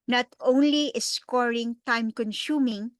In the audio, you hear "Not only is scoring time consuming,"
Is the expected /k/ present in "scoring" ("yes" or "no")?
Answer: yes